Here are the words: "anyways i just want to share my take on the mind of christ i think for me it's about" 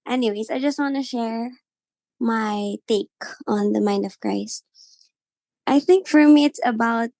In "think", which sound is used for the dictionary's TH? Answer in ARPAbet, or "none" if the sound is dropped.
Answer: TH